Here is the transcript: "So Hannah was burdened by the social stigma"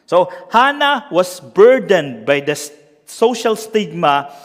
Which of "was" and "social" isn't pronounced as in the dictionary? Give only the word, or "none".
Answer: was